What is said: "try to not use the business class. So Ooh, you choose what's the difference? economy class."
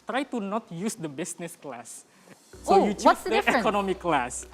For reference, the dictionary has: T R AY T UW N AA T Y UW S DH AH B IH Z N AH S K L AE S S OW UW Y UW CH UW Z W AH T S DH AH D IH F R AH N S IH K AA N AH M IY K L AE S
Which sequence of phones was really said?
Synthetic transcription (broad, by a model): T R AY T UW N AA T Y UW S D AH B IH S N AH S K L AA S S OW Y UW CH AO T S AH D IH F AH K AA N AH M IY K L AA S